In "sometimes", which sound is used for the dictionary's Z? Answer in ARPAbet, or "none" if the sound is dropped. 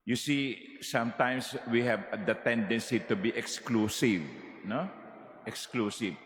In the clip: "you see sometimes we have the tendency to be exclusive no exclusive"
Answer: S